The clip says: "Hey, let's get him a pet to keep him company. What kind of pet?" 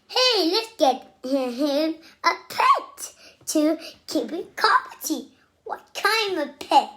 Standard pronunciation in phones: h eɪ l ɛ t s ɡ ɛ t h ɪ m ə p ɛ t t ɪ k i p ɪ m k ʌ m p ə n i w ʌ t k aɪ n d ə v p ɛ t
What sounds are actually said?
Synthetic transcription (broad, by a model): h eɪ l ɛ t s ɡ ɛ t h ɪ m ə p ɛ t t ɪ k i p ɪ k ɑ p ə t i w ʌ t k aɪ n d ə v p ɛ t